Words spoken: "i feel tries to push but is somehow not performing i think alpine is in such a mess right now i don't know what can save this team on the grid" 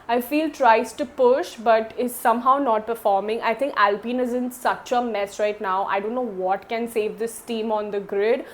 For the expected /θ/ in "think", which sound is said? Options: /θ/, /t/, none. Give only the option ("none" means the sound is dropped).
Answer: /t/